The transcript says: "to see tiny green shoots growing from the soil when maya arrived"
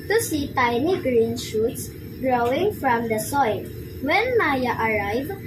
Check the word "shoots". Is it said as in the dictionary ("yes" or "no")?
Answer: yes